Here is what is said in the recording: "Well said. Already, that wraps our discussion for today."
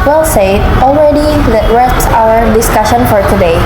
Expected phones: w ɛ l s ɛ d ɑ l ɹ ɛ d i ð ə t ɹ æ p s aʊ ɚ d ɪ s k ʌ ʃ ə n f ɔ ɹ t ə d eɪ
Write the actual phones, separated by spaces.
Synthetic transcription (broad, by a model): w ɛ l s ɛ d ɑ l ɹ ɛ d i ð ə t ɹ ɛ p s aʊ ɚ d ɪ s k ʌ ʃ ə n f ɔ ɹ t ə d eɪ